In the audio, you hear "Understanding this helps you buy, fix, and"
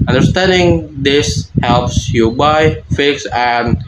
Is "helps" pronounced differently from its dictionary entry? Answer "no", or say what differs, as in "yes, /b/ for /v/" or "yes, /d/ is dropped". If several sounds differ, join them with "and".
no